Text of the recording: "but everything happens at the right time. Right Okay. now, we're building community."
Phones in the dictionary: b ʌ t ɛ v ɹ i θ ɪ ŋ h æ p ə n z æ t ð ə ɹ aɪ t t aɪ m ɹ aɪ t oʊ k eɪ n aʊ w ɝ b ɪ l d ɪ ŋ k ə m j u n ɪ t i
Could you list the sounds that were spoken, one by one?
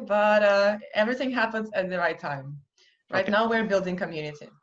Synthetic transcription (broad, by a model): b ʌ t ɛ v ɹ i θ ɪ ŋ h æ p ə n z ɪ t ð ə ɹ aɪ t t aɪ m ɹ aɪ t n aʊ w ɝ b ɪ l d ɪ ŋ k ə m j u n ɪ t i